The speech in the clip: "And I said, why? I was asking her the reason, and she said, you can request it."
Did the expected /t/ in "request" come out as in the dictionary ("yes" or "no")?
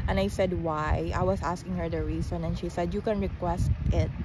yes